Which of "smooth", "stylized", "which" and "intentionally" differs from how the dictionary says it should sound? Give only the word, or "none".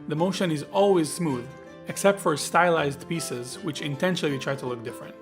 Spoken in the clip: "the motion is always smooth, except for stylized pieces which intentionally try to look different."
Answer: intentionally